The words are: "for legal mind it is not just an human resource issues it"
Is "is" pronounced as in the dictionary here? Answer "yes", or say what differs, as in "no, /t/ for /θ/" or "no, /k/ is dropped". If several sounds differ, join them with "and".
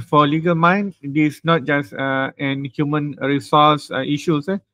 no, /s/ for /z/